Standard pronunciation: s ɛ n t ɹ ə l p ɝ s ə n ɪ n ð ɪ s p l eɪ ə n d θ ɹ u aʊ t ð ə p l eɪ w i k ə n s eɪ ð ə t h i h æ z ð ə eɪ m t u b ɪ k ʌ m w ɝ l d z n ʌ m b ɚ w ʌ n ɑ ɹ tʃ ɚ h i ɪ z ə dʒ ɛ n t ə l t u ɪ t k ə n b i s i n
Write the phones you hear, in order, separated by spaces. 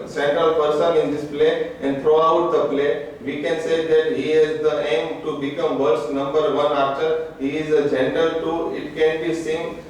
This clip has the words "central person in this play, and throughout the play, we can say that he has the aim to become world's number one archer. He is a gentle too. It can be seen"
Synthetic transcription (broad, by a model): s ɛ n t ɹ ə l p ɝ s ə n ɪ n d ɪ s p l eɪ ə n d t ɹ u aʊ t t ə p l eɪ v i k ə n s eɪ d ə t h i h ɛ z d ə eɪ m t u b ɪ k ʌ m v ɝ d s n ʌ m b ɚ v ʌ n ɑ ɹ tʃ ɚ h i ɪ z ə dʒ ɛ n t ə l t u ɪ t k ə n b i s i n